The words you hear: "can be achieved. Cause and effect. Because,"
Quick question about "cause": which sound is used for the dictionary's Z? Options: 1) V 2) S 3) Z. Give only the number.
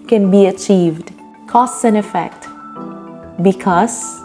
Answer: 2